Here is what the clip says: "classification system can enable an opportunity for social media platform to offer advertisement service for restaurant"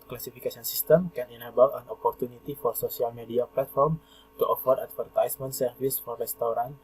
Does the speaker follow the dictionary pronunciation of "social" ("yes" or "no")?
no